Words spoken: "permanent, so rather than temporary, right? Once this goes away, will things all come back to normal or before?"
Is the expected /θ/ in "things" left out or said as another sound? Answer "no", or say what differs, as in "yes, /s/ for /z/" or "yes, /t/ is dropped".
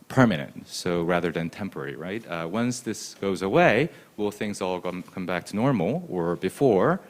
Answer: no